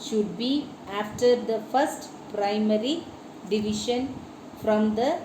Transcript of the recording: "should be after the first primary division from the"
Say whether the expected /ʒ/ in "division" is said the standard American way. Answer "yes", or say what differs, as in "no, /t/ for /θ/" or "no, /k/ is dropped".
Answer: no, /ʃ/ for /ʒ/